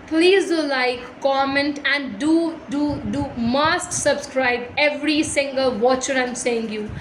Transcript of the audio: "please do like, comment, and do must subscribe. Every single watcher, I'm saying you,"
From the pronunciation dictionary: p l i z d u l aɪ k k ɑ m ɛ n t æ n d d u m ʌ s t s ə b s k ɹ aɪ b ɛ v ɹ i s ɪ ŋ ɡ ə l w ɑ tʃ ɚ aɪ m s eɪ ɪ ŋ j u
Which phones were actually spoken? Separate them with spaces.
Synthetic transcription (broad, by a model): p l i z d u l aɪ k k ɑ m ɛ n t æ n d d u m ʌ s t s ə b s k ɹ aɪ b ɛ v ɹ i s ɪ ŋ ɡ ə l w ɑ tʃ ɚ aɪ m s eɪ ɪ ŋ j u